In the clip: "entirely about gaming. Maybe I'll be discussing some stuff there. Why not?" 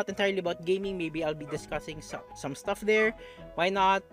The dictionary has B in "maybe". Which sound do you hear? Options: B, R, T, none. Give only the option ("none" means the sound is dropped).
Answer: B